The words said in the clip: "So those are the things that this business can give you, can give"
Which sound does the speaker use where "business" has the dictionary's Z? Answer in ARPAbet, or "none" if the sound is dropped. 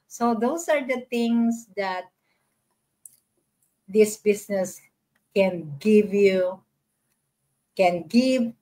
S